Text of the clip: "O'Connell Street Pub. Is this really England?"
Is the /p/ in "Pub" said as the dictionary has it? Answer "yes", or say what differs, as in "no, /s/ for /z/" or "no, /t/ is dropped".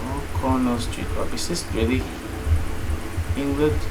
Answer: no, /b/ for /p/